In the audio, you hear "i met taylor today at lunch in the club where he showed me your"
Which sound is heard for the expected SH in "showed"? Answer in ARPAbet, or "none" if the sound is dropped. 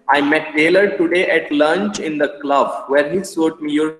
S